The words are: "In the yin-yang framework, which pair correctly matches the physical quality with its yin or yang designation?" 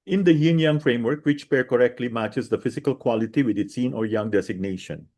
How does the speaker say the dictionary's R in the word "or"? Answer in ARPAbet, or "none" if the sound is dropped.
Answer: R